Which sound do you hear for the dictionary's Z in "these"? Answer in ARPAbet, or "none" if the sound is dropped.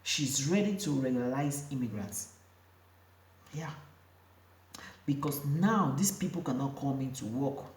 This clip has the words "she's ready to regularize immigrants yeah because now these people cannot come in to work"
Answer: S